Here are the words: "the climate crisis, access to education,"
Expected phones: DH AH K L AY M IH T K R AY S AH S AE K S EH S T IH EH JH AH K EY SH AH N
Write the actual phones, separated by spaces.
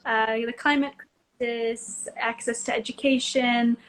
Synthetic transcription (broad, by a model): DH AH K L AY M IH T K R AY S AH S AE K S EH S T IH EH JH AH K EY SH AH N